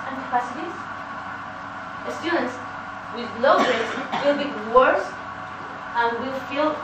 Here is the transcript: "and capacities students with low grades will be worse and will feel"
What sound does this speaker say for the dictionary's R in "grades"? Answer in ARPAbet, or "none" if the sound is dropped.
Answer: none